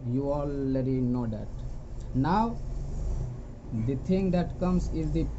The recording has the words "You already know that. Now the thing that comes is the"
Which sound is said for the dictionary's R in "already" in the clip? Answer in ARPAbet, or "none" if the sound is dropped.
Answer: L